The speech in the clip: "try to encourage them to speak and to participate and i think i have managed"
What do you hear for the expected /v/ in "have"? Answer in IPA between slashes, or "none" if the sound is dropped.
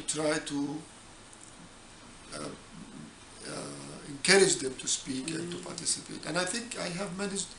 /v/